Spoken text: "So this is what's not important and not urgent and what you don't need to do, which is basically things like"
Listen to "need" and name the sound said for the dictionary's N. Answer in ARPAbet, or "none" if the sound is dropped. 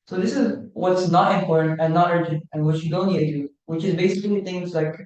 L